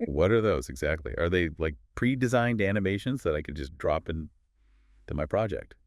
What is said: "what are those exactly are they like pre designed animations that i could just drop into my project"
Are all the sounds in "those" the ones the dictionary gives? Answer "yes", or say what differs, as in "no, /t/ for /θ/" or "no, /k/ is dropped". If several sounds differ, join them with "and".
yes